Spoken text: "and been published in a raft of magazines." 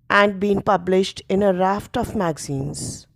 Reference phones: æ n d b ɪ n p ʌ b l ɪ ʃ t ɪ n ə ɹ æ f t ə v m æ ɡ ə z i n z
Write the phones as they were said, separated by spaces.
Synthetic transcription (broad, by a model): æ n d b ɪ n p ʌ b l ɪ ʃ t ɪ n ə ɹ æ f t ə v m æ ɡ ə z i n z